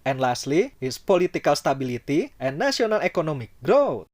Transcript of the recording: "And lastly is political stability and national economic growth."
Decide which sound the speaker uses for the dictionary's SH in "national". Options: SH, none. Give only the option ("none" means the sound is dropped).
none